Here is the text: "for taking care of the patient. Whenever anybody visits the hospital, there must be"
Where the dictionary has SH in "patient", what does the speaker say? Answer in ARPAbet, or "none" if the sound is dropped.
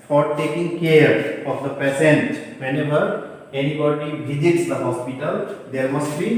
S